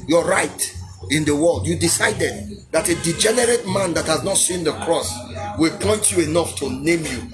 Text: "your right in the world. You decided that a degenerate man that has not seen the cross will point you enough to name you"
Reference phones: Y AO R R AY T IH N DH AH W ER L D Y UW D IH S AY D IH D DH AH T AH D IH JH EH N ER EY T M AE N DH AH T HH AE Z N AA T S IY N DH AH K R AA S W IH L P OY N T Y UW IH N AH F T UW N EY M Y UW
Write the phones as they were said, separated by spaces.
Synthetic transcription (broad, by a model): Y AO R R AY T IH N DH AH W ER L D Y UW D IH S AY D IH D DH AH T AH D IH JH EH N ER EY T M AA N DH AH T HH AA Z N AA T S IY N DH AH K R AA S W IH L P OY N T Y UW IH N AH F T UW N EY M Y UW